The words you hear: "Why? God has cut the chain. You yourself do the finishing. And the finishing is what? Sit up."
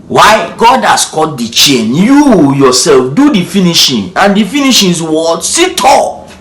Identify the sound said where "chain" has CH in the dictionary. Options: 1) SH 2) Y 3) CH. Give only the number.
3